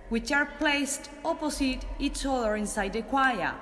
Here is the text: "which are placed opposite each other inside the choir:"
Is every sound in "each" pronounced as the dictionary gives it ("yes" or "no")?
no